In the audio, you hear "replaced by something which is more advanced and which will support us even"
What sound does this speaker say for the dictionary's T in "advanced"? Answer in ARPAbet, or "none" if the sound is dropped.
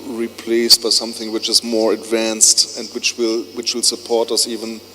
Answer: T